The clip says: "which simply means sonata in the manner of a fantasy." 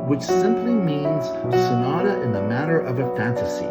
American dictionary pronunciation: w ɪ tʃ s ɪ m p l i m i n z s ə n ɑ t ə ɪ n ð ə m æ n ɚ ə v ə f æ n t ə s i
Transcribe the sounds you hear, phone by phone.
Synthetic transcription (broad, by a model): w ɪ tʃ s ɪ m p l i m i n z s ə n ɑ t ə ɪ n ð ə m æ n ɚ ə v ə f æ n t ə s i